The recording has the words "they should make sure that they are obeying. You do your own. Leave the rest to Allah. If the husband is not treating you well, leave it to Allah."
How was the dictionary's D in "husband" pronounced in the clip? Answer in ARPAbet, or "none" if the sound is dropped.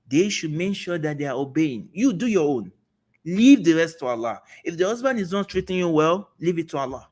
D